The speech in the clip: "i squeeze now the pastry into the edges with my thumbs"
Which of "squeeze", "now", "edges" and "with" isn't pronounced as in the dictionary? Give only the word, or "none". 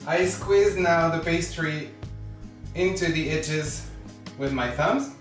edges